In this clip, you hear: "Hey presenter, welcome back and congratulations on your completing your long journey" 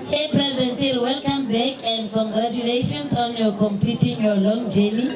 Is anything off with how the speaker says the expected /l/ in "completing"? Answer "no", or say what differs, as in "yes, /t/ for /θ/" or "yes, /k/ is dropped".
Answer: yes, /l/ is dropped